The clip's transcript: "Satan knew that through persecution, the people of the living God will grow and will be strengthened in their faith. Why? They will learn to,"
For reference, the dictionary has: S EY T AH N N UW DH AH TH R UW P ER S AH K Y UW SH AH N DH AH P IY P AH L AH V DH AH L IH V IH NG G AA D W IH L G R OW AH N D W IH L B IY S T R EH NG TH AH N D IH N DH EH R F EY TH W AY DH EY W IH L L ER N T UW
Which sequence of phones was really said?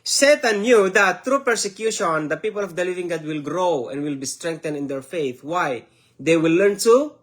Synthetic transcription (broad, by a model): S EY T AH N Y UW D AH T R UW P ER S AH K Y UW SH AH N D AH P IY P AH L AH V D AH L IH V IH NG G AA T W IH L G R OW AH N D W IH L B IY S T R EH NG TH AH N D IH N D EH R F EY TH W AY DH EY W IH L L ER N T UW